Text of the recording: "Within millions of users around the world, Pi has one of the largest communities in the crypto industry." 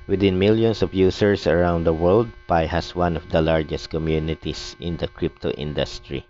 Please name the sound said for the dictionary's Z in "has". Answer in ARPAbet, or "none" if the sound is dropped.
S